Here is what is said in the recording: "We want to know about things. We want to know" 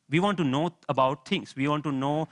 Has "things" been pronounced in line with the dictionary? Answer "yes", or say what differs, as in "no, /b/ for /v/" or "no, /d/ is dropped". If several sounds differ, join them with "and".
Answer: no, /t/ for /θ/